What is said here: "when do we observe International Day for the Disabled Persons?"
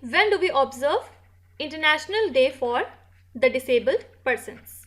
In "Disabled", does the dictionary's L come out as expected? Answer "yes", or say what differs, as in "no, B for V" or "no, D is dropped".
yes